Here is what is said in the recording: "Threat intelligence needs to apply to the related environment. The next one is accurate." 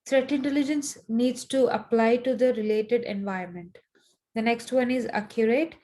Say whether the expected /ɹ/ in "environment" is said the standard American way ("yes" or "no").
no